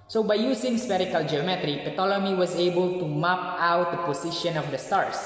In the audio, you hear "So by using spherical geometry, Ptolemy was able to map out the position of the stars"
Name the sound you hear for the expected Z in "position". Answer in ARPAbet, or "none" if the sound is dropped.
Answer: S